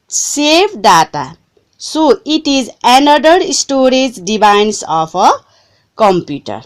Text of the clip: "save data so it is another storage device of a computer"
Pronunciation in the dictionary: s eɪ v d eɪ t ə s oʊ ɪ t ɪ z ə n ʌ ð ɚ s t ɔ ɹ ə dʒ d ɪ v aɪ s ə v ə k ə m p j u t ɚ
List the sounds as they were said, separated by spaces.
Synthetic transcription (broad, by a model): s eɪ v d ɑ t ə s oʊ ɪ t ɪ z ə n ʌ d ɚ s t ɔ ɹ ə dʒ d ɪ b aɪ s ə p ə k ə m p j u t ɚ